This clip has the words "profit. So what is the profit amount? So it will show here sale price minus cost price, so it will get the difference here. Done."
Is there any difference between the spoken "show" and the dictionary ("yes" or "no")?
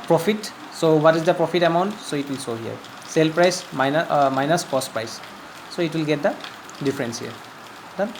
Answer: yes